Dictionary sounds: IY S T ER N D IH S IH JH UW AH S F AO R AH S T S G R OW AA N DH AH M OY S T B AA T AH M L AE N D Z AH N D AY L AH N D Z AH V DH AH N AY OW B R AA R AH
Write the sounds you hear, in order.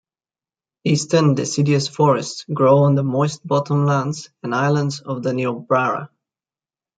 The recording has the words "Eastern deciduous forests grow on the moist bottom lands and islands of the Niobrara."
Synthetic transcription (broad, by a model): IY S T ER N D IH S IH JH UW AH S F AO R AH S T S G R OW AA N DH AH M OY S T B AA T AH M L AE N D Z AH N AY L AH N D Z AH V DH AH N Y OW B R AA R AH